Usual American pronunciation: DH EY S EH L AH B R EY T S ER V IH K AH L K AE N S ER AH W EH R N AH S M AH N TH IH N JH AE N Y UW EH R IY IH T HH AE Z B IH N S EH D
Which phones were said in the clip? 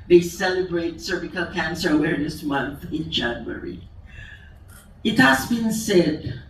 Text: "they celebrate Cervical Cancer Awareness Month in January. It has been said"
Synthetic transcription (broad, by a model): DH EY S EH L AH B R EY T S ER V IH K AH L K AE N S ER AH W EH R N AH S M AH N TH IH N JH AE N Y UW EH R IY IH T HH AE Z B IH N S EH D